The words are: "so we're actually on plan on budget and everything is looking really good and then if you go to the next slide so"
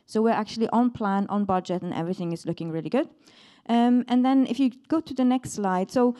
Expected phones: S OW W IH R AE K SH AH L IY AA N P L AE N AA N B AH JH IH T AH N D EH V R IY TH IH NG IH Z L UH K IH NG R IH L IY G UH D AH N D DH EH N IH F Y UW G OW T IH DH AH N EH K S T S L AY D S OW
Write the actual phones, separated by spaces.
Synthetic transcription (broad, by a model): S OW W IH R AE K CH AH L IY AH N P L AE N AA N B AH JH IH T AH N EH V R IY TH IH NG IH Z L UH K IH NG R IH L IY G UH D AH N DH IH N IH F Y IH G OW T IH DH AH N EH K S T S L AY D S OW